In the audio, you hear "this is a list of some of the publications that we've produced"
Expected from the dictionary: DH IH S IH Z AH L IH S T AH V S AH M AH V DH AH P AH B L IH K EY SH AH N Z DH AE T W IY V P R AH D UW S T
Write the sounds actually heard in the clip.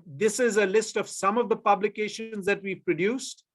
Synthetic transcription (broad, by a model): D IH S IH Z AH L IH S T AH V S AH M AH V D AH P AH B L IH K EY SH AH N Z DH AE T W IY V P R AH D UW S T